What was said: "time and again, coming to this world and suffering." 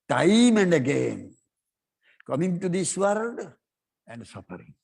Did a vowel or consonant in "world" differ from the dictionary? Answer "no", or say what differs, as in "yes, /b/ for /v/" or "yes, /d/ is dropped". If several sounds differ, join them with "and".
yes, /l/ is dropped